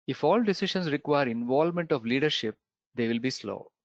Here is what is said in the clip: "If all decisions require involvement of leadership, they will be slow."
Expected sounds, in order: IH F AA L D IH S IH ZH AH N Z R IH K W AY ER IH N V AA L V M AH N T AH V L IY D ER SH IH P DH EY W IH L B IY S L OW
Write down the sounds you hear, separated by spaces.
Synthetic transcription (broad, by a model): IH F AA L D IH S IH SH AH N S R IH K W AY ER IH N V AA L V M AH N T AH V L IY D ER SH IH P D EY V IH L B IY S L OW